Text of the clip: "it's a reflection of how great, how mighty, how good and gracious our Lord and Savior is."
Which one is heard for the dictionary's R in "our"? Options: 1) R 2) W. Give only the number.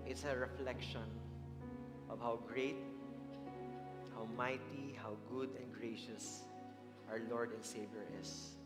1